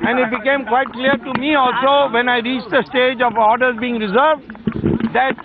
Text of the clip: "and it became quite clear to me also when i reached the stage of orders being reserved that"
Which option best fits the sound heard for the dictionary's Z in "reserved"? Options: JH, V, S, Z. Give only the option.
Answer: Z